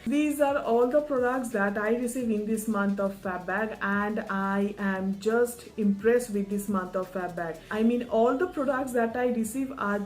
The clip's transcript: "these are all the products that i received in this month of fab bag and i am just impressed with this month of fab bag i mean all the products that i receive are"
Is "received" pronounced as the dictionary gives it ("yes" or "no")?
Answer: no